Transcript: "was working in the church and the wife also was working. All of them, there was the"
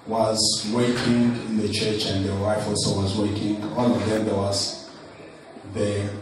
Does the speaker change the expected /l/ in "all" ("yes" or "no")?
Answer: yes